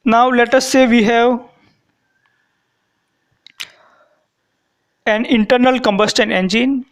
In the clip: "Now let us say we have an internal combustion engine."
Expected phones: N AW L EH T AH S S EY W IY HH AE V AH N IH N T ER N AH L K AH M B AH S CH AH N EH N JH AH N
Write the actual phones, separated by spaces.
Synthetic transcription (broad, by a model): N AW L EH T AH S S EY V IY HH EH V AH N IH N T ER N AH L K AH M B AH S CH AH N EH N JH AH N